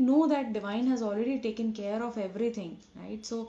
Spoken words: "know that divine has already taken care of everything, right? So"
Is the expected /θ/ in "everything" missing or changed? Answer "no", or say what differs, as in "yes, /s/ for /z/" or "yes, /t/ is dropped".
yes, /t/ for /θ/